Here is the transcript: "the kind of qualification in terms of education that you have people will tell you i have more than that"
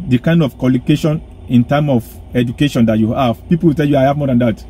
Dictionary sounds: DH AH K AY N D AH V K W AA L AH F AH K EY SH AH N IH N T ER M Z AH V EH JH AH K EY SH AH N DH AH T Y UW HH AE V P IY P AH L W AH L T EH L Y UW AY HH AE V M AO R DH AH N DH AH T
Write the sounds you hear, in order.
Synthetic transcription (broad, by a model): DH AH K AY N D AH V K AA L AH K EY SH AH N IH N T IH M AH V EH JH AH K EY SH AH N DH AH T Y UW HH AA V P IY P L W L T EH L Y UW AY HH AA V M AO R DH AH N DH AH T